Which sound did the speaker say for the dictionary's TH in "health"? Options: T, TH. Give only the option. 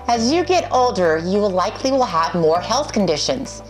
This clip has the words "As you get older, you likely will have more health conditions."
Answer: TH